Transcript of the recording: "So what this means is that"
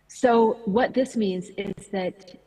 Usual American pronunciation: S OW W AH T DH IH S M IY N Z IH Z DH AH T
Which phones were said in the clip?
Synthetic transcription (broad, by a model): S OW W AH T DH IH S M IY N Z IH Z DH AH T